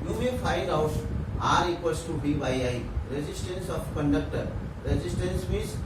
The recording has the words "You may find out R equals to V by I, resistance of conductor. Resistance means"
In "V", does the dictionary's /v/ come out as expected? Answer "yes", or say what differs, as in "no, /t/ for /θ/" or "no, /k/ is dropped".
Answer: no, /b/ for /v/